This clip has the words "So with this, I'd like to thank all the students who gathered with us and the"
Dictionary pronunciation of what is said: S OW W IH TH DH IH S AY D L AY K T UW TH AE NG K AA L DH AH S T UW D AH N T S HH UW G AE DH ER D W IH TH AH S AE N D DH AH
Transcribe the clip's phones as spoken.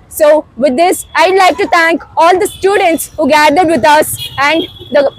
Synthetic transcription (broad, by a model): S OW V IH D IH S AY D L AY K T UW T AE NG K AA L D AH S T UW D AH N T S HH UW G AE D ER D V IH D AH S AE N D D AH